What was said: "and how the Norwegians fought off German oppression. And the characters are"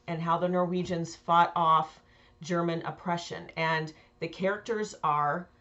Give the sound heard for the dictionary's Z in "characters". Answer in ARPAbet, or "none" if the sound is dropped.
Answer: Z